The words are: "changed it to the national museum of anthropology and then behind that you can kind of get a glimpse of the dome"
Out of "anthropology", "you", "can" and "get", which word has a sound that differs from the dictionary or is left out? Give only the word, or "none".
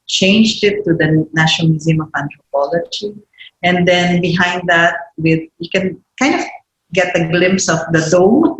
anthropology